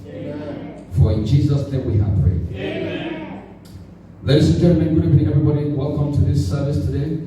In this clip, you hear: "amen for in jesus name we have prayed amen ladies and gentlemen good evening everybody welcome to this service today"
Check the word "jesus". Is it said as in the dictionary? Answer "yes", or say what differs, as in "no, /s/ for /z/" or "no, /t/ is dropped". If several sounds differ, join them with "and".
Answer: yes